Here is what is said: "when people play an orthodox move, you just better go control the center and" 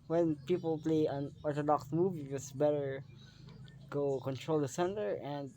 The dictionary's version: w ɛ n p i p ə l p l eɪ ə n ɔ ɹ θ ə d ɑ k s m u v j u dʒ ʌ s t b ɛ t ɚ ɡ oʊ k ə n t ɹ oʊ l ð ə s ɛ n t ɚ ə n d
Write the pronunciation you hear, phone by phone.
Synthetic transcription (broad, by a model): w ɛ n p i p ə l p l eɪ ə n ɔ ɹ t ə d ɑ k s m u v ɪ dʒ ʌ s b ɛ t ɚ ɡ oʊ k ə n t ɹ oʊ l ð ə s ɛ n t ɚ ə n d